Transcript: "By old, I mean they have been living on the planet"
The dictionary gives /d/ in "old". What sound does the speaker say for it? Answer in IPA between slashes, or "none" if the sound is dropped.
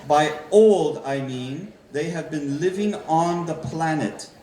/d/